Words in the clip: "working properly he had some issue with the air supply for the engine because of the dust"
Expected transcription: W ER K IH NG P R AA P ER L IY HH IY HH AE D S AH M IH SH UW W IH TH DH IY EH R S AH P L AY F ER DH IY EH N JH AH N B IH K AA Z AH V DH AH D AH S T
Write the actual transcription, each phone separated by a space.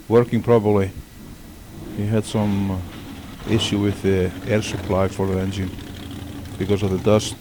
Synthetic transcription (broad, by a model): W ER K IH NG P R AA B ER L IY HH IY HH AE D S AH M IH SH UW W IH DH IY EH R S AH P L AY F ER DH IY EH N JH AH N B IH K AA Z AH V DH AH D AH S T